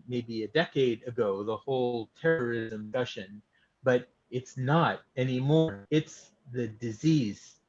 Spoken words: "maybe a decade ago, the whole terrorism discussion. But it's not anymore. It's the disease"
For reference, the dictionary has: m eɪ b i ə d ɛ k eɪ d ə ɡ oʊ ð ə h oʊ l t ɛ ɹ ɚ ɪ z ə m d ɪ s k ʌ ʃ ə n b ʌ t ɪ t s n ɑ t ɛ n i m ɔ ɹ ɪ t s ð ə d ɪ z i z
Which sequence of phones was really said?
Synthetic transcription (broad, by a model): m eɪ b i ə d ɛ k eɪ d ə ɡ oʊ ð ə h oʊ l t ɛ ɹ ɚ ɪ z ə m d ʌ ʃ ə n b ʌ t ɪ t s n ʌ t ɛ n i m ɔ ɹ ɪ t s ð ə d ɪ z i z